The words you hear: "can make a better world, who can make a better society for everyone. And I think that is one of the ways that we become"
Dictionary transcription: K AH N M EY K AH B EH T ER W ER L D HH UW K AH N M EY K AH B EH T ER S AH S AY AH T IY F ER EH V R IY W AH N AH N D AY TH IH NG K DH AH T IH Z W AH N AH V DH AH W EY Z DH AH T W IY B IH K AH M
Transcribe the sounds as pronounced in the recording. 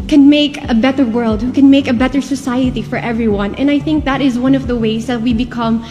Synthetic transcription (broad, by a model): K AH N M EY K AH B EH T ER W ER L D HH UW K AH N M EY K AH B EH T ER S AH S AY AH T IY F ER EH V R IY W AH N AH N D AY TH IH NG K DH AH T IH Z W AH N AH V DH AH W EY Z DH AH T W IY B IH K AH M